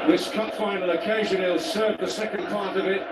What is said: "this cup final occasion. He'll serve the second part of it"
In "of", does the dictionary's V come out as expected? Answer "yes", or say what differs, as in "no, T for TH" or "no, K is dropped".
yes